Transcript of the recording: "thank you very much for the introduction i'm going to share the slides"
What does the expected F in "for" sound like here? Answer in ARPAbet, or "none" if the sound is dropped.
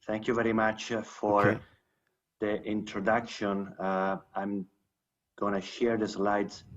F